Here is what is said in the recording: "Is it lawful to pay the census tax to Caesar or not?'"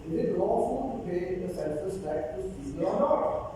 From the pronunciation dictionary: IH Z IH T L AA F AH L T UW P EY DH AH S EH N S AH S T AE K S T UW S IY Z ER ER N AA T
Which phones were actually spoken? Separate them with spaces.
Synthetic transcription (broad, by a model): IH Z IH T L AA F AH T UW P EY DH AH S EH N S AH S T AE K T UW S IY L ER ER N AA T